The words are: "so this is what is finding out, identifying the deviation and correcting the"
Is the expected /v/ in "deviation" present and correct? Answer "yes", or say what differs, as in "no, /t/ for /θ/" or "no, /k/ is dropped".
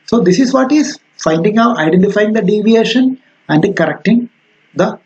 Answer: yes